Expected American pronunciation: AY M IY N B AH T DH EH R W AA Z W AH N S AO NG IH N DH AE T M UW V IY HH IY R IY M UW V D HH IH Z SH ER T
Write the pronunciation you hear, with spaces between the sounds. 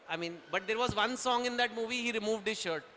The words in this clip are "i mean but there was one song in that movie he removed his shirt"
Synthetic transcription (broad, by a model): AY M IY N B AH T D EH R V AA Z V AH N S AO NG IH N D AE T M UW V IY HH IY R IY M UW V D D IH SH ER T